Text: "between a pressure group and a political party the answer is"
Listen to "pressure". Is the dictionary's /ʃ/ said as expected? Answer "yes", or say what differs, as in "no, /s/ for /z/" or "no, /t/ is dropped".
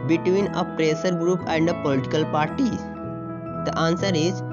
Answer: no, /s/ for /ʃ/